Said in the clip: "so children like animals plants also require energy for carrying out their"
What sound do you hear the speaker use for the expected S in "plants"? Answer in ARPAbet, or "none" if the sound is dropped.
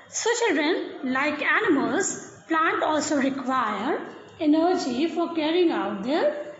none